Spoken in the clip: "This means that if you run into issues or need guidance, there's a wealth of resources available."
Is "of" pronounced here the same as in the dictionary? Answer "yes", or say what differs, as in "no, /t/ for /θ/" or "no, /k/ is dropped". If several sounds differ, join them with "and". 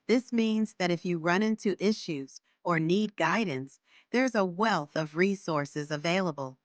yes